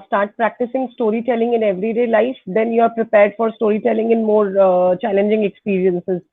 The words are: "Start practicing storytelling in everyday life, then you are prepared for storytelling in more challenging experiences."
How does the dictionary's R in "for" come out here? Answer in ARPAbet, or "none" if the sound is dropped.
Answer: R